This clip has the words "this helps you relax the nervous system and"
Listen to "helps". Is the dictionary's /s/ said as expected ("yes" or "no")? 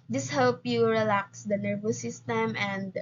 no